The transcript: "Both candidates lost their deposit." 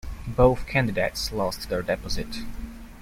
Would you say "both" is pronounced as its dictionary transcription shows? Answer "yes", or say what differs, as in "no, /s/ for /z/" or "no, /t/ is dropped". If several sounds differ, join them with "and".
yes